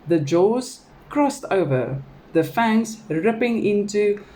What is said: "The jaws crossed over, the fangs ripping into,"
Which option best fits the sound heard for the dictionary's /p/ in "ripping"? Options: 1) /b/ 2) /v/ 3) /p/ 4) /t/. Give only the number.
3